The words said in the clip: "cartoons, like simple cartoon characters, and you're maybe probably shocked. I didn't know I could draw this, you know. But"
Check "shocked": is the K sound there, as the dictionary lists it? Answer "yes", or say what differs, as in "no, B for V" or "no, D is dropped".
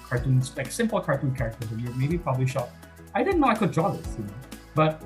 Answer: no, K is dropped